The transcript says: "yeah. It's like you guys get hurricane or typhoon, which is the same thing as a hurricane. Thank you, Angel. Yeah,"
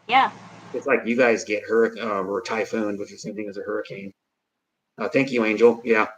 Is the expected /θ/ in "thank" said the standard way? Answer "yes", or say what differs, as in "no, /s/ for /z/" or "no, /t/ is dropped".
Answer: yes